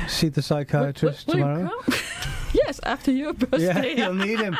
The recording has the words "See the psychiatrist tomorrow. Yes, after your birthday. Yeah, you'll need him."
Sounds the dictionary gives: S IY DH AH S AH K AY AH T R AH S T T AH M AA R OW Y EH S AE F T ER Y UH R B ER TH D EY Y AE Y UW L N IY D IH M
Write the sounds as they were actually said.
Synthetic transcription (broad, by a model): S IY DH AH S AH K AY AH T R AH S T T AH M AA R OW Y EH S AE F T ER Y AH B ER Y AE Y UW L N IY D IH M